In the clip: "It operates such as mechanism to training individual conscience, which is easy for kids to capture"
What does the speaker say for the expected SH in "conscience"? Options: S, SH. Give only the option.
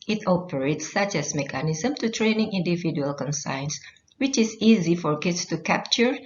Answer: S